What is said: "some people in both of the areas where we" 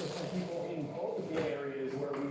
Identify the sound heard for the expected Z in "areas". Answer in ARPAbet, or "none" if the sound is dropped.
Z